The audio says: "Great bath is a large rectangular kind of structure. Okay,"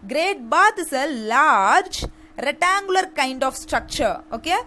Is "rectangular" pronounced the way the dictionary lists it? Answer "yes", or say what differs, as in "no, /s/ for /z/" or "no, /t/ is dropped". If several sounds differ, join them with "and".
no, /k/ is dropped